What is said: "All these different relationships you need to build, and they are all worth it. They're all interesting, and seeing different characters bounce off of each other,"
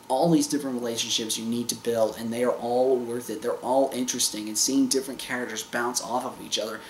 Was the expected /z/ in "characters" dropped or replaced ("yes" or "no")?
no